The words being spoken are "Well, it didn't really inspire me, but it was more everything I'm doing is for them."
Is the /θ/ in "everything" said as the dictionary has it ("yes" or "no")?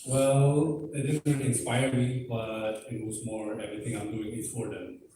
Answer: no